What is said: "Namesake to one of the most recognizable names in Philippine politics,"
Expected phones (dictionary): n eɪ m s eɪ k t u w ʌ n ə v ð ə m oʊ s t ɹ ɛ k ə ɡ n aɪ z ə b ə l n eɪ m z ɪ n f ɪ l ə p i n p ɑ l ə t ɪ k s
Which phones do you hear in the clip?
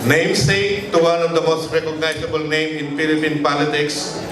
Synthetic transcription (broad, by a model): n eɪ m s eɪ t u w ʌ n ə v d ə m oʊ s t ɹ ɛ k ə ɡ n aɪ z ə b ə l n eɪ m ɪ n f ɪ l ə p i n p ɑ l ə t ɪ k s